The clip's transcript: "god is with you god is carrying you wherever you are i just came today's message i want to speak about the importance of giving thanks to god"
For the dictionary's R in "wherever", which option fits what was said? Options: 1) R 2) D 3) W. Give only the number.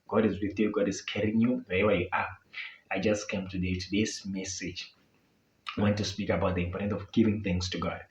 3